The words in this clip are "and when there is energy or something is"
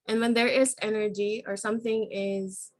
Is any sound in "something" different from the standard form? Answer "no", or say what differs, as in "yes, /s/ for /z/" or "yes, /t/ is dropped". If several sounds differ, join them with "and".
no